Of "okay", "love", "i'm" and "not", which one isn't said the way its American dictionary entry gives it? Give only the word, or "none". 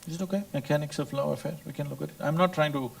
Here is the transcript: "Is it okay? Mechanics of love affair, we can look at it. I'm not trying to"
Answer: love